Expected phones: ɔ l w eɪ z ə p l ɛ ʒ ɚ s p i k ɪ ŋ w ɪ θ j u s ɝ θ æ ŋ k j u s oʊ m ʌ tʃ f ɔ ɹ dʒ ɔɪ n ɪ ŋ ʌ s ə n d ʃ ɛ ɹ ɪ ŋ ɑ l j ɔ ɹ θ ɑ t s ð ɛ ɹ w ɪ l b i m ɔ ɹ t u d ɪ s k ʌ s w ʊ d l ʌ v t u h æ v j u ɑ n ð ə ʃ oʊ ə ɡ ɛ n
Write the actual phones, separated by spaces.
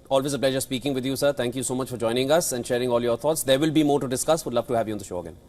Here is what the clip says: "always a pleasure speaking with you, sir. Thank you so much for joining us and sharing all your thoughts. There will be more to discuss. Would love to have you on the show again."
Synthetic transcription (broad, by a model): ɔ l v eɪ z ə p l ɛ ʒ ɚ s p i k ɪ ŋ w ɪ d j u s ɝ t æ ŋ k j u s oʊ m ʌ tʃ f ɔ ɹ dʒ ɔɪ n ɪ ŋ ʌ s ə n d ʃ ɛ ɹ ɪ ŋ ɑ l j ɔ ɹ t ɑ t s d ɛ ɹ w ɪ l b i m ɔ ɹ t u d ɪ s k ʌ s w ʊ d l ʌ v t u h æ v j u ɑ n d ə ʃ oʊ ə ɡ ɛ n